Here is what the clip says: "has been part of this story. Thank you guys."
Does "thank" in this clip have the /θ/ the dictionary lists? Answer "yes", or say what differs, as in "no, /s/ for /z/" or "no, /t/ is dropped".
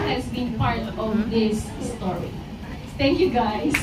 no, /t/ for /θ/